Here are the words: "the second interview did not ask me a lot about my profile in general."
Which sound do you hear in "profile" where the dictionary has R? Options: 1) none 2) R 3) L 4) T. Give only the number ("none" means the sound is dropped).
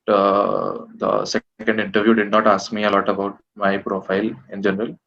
2